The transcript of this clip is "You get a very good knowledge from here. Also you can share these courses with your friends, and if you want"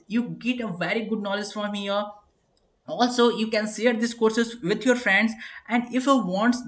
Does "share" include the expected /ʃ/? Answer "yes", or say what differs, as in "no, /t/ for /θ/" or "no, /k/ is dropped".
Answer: no, /s/ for /ʃ/